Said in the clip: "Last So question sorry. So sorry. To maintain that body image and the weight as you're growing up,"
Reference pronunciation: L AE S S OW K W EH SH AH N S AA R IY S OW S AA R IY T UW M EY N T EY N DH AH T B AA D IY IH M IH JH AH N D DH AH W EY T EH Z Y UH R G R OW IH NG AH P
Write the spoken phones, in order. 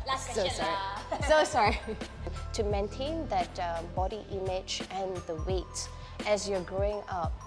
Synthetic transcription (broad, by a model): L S S OW S AA R IY S OW S AA R IY T UW M EY N T EY N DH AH T B AA D IY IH M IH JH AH N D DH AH W EY T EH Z Y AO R G R OW IH NG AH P